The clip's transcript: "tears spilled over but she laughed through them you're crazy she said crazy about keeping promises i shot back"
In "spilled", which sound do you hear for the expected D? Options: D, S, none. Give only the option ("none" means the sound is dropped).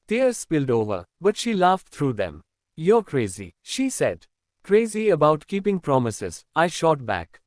D